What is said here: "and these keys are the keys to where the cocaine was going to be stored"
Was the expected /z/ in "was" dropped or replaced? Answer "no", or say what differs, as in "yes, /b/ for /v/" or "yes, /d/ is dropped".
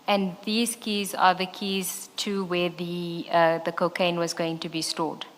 no